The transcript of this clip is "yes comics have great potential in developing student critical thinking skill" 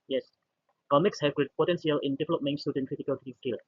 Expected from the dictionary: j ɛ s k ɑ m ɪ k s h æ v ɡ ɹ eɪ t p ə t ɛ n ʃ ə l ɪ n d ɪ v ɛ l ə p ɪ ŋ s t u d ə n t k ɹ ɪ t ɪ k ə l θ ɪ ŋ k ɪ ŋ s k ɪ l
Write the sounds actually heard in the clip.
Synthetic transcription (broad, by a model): j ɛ s k ɑ m ɪ k s h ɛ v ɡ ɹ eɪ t p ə t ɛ n s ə l ɪ n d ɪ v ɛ l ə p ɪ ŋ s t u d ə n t k ɹ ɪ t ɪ k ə l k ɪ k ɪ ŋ s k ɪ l